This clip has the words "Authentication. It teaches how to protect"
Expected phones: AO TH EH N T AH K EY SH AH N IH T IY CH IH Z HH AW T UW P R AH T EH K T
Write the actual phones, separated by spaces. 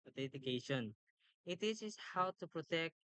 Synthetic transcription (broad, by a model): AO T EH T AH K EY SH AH N IH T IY S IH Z HH AW T UW P R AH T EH K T